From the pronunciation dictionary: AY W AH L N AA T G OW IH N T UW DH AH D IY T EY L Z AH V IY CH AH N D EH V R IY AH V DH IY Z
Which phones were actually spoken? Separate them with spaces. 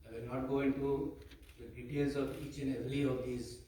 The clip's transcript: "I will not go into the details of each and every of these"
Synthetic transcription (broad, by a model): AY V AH N AA T G OW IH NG T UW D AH D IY T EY L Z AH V IY CH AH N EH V L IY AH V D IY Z